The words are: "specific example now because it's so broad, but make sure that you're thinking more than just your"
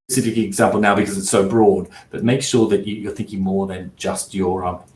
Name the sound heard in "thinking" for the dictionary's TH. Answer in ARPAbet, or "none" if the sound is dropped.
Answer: TH